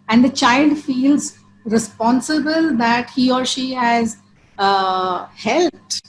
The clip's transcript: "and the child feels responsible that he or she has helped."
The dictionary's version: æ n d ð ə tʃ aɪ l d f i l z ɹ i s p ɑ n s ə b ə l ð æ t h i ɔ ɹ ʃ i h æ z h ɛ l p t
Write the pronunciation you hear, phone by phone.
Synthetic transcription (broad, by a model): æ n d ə tʃ aɪ l d f i l z ɹ i s p ɑ n s ə b ə l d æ t h i ɔ ɹ ʃ i h æ z h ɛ l p t